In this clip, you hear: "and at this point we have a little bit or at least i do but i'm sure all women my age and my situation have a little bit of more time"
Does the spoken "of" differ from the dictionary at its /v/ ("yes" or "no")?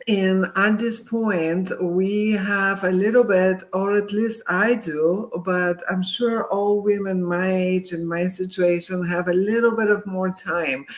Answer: no